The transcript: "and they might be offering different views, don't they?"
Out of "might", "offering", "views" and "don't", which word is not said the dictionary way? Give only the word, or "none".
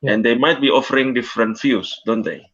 views